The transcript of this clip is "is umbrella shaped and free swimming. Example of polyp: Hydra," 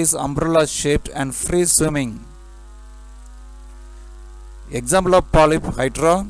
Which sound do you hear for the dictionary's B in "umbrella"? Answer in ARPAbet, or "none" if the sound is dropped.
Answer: B